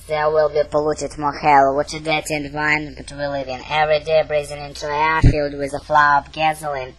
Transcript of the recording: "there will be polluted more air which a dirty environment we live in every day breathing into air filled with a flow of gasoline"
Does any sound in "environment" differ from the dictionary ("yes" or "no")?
yes